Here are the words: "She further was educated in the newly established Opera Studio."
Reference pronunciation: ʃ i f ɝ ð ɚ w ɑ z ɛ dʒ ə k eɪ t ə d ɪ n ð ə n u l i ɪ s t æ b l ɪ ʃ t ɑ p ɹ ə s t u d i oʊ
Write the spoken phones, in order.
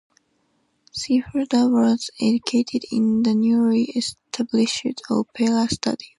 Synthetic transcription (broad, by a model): s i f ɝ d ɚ w ɑ z ɛ dʒ ə k eɪ t ə d ɪ n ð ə n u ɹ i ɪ s t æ b l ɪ ʃ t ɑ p l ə s t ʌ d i